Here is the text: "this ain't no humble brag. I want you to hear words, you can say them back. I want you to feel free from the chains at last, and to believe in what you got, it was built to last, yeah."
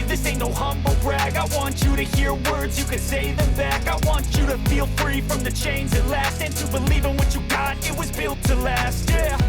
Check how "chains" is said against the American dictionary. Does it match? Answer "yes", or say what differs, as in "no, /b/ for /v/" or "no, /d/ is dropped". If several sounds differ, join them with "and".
yes